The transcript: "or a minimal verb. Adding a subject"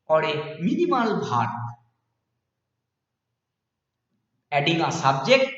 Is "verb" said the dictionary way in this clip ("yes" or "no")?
no